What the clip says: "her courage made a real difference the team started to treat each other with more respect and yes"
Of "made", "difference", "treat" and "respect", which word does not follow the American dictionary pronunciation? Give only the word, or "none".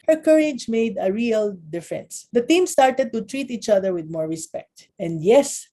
none